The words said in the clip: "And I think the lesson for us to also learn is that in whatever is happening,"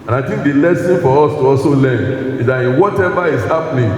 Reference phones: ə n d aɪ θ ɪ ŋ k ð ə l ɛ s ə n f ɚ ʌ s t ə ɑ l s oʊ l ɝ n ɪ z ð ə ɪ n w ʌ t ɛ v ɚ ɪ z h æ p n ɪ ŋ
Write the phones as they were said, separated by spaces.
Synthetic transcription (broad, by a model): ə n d aɪ t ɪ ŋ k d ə l ɛ s ə n f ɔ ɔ s t ə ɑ s oʊ l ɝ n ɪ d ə ɪ n w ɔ t ɛ v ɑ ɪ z h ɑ p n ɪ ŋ